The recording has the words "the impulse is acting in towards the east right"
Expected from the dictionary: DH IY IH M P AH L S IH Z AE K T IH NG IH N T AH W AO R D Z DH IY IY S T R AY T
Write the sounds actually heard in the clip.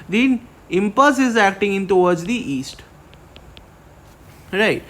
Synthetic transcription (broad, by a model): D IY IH M P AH S IH Z AE K T IH NG IH N T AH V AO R D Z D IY IY S T R AY T